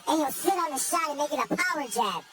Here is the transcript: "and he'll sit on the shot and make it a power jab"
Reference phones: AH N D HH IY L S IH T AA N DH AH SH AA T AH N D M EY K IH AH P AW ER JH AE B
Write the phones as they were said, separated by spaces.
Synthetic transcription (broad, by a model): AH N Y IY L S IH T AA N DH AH SH AA T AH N M EY K IH AH P AW ER JH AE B